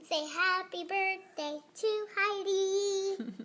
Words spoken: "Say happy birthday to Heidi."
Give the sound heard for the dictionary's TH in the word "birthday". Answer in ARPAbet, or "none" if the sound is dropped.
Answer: T